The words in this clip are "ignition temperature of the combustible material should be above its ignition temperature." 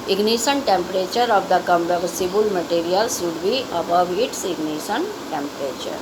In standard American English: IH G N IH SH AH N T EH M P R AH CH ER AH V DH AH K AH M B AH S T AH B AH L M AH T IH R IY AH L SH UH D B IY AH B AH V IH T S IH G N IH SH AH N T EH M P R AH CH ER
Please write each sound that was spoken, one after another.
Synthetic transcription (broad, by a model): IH G N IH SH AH N T EH M P R AH CH ER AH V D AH K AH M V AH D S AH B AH L M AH T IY R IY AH L S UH D B IY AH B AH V IH T S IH G N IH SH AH N T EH M P R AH CH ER